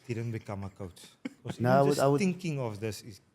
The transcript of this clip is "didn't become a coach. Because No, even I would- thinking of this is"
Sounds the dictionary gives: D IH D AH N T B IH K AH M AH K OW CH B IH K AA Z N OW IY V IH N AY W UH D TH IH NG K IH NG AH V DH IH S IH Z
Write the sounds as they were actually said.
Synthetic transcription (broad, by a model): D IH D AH N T B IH K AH M AH K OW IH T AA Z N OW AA W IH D AY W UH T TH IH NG K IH NG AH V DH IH S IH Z